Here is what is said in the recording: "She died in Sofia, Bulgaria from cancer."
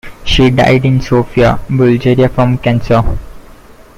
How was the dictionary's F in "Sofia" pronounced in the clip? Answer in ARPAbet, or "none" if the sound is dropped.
F